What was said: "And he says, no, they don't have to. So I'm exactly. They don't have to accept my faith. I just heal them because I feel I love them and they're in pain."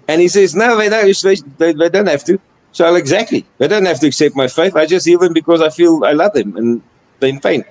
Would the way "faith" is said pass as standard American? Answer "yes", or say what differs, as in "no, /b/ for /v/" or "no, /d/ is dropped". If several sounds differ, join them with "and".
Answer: yes